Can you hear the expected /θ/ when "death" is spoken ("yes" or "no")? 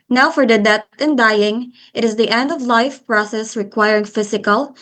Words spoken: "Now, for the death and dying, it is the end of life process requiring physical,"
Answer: no